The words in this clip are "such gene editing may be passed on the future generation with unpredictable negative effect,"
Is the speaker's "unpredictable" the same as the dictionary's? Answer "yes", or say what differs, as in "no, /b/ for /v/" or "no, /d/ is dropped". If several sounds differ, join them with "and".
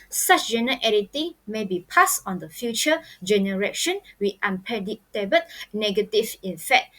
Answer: no, /ɹ/ is dropped and /k/ is dropped